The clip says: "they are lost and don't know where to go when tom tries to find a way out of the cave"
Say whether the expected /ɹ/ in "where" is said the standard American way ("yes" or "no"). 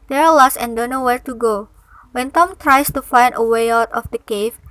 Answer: yes